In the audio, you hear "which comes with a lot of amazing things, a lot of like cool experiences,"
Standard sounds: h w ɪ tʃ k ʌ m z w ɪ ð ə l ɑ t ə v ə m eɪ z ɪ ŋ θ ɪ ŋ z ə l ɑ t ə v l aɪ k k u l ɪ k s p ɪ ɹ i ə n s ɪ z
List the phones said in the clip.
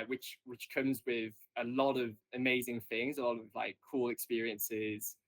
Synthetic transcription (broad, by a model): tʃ w ɪ tʃ k ʌ m z w ɪ ð ə l ɑ t ə v ə m eɪ z ɪ ŋ θ ɪ ŋ z ə l ɑ t ə v l aɪ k k u l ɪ k s p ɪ ɹ i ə n s ɪ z